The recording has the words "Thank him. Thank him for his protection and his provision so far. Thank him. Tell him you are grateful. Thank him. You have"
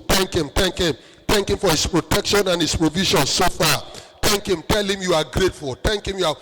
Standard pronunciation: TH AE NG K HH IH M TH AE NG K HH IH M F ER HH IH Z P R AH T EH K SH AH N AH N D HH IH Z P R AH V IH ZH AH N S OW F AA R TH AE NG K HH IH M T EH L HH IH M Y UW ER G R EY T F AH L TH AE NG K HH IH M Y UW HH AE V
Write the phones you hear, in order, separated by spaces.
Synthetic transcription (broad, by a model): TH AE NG K HH IH M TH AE NG K HH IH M F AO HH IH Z P R AH T EH K SH AH N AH N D HH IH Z P R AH V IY SH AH N S OW F AA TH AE NG K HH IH M T EH L HH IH M Y UW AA G R EY T F AH L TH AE NG K HH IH M Y UW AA